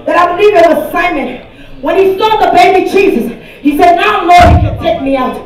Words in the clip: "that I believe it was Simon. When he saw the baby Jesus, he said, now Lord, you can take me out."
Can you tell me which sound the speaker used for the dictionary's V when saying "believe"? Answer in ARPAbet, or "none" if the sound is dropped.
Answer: V